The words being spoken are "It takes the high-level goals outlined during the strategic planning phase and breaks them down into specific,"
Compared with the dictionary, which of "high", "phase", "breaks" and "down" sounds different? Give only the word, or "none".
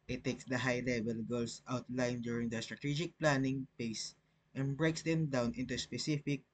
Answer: phase